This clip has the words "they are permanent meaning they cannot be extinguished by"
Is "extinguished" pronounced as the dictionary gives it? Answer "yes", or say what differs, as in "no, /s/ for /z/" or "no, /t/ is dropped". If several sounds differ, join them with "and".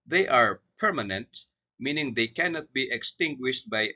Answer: yes